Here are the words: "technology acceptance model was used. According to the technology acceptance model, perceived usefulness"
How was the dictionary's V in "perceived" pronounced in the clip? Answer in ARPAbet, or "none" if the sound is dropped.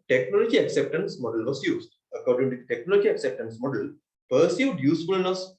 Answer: none